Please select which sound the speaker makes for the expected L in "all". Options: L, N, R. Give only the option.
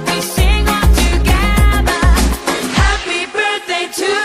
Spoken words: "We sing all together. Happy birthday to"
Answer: N